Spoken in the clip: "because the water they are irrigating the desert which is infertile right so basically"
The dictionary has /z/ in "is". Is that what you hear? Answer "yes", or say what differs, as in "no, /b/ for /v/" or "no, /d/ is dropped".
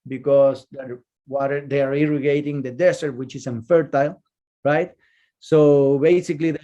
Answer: no, /s/ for /z/